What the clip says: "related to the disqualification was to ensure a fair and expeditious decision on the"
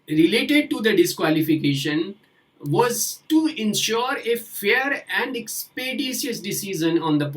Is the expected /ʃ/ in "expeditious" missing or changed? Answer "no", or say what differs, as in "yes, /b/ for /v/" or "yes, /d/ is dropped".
yes, /s/ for /ʃ/